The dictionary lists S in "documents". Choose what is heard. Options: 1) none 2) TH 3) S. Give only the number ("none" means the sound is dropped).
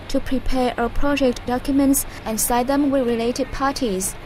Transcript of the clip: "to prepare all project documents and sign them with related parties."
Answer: 3